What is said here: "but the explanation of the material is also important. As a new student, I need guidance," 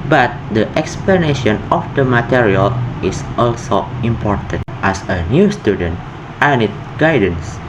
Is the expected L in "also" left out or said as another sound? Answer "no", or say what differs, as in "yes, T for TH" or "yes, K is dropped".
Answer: no